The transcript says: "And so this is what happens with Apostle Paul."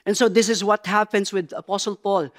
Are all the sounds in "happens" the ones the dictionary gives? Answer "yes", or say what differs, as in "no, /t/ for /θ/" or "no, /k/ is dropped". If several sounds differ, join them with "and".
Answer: no, /s/ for /z/